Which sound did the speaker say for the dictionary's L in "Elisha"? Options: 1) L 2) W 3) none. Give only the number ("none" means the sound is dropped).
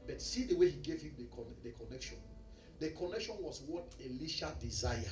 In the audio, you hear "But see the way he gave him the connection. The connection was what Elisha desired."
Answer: 1